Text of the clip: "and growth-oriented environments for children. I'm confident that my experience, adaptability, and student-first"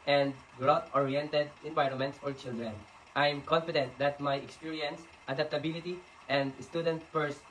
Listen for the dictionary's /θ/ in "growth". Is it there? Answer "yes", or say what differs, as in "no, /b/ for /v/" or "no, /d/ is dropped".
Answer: no, /t/ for /θ/